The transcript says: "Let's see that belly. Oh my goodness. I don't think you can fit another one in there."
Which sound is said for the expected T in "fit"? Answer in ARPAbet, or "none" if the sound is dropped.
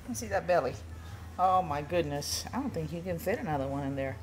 T